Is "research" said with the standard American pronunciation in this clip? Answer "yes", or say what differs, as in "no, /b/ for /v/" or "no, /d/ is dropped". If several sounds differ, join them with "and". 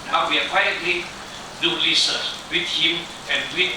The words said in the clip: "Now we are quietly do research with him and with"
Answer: no, /l/ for /ɹ/ and /s/ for /tʃ/